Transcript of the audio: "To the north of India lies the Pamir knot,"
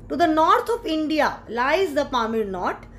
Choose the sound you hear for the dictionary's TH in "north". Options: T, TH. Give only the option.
T